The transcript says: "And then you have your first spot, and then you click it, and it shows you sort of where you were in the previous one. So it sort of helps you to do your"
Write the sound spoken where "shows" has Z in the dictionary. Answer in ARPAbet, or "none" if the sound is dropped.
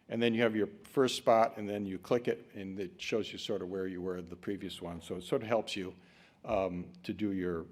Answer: Z